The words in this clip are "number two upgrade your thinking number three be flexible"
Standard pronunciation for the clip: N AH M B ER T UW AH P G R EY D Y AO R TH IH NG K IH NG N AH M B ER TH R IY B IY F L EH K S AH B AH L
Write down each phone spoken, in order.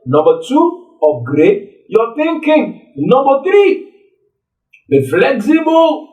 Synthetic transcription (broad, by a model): N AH M B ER T UW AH G R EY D Y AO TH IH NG K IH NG N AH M B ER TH R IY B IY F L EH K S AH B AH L